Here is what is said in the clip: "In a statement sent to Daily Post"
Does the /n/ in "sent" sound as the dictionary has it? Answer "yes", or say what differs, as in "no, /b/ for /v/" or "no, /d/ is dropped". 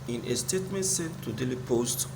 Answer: no, /n/ is dropped